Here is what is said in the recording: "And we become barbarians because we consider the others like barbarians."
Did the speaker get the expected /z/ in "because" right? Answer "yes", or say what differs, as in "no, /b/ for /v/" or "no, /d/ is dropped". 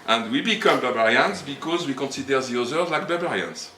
yes